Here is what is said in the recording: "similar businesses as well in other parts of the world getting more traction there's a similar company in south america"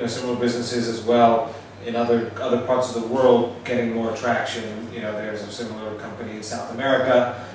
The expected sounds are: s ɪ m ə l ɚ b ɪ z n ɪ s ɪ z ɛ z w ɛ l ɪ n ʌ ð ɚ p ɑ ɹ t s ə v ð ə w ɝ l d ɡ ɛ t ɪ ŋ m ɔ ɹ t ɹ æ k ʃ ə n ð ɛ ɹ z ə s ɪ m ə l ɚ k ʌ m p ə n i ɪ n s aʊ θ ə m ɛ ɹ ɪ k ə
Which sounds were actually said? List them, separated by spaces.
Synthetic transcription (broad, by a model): s ɪ m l ɚ b ɪ z n ɪ s ɪ z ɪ z w ɛ l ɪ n ʌ ð ɚ p ɑ ɹ t s ə v ð ə w ɝ l d ɡ ɛ t ɪ ŋ m ɔ ɹ t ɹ æ k ʃ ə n ð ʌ ɹ z ə s ɪ m l ɚ k ʌ m p ə n i ɪ n s aʊ θ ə m ɛ ɹ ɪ k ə